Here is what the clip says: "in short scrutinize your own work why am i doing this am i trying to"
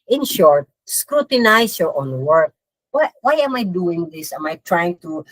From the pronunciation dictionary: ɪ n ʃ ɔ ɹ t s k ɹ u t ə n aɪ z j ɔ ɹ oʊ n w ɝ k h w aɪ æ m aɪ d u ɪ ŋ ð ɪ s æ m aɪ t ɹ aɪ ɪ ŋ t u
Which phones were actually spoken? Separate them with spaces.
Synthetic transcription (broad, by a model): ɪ n ʃ ɔ ɹ t s k ɹ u t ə n aɪ s j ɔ ɹ oʊ n w ɝ k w w aɪ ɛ m aɪ d u ɪ ŋ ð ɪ s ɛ m aɪ t ɹ aɪ ɪ ŋ t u